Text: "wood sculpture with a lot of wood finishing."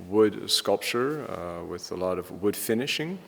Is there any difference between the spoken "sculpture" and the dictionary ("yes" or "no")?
no